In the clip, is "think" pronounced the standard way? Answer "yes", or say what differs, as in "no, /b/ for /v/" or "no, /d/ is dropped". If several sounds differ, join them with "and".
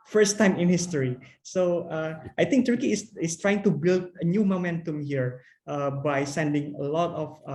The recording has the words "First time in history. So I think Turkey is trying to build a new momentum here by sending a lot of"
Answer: no, /t/ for /θ/